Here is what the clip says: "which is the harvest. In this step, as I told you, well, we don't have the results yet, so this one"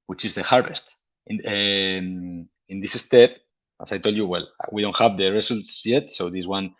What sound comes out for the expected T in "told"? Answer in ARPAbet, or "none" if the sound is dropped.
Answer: T